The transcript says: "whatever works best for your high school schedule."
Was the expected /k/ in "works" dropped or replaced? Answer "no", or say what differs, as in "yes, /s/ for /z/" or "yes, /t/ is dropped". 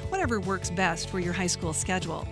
no